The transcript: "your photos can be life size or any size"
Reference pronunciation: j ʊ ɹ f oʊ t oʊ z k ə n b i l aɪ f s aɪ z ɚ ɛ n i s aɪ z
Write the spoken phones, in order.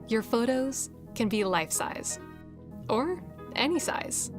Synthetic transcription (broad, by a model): j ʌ ɹ f oʊ t oʊ z k ə n b i l aɪ f s aɪ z ɚ ɛ n i s aɪ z